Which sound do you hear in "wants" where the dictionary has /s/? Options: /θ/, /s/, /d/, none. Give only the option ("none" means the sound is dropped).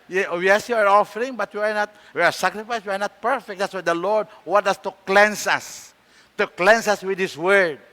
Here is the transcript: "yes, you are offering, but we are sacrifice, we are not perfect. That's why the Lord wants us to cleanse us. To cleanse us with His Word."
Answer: none